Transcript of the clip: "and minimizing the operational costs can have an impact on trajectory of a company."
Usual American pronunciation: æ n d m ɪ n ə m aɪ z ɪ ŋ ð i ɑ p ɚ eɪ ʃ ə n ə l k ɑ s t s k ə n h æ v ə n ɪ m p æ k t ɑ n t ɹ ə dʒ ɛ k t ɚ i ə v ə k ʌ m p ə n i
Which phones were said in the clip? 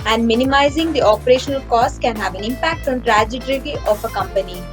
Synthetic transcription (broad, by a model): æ n d m ɪ n ə m aɪ z ɪ ŋ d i ɑ p ɚ eɪ ʃ ə n ə l k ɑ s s k ə n h æ v ə n ɪ m p æ k t ɑ n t ɹ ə dʒ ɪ t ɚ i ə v ə k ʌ m p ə n i